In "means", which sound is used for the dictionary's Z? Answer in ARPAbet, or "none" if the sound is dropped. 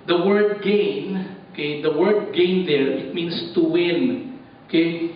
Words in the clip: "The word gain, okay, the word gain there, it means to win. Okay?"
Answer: S